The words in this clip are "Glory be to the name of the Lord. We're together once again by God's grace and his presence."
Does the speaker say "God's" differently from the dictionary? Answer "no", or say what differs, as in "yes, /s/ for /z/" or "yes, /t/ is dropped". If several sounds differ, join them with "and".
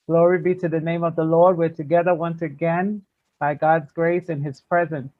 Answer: no